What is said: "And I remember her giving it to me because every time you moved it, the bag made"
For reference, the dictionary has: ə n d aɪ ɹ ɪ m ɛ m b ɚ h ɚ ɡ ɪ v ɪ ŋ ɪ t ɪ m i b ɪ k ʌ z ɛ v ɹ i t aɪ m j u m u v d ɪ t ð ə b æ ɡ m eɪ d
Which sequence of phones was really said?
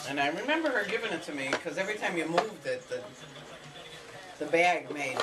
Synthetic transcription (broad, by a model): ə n aɪ ɹ ɪ m ɛ m b ɚ h ɚ ɡ ɪ v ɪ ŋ ɪ t ɪ m i k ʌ z ɛ v ɹ i t aɪ m j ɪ m u v d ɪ t ð ə b æ ɡ m eɪ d